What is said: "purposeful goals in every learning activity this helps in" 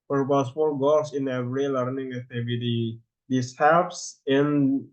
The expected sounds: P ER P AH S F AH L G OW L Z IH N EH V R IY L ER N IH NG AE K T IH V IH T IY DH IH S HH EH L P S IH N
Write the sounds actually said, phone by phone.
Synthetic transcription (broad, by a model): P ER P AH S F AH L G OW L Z IH N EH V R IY L ER N IH NG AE K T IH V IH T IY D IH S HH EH P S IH N